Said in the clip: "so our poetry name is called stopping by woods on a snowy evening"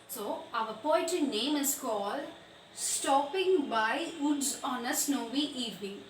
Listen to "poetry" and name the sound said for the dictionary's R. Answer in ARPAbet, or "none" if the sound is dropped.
none